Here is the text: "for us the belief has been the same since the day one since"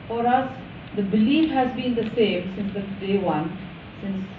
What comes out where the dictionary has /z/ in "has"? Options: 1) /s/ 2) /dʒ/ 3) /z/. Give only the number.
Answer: 3